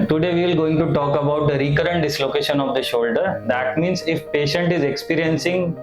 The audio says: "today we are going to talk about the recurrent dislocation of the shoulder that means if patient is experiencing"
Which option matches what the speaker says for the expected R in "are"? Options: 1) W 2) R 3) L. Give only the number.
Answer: 3